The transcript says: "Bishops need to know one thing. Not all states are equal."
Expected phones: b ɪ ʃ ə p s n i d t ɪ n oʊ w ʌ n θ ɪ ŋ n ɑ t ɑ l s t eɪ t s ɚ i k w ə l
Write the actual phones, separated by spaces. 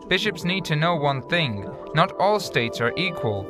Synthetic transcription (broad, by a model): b ɪ ʃ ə p s n i d t ɪ n oʊ w ʌ n θ ɪ ŋ n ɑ t ɑ l s t eɪ t s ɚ i k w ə l